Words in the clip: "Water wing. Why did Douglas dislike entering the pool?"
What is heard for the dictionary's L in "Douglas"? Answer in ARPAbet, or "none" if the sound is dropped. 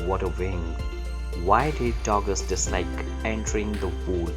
none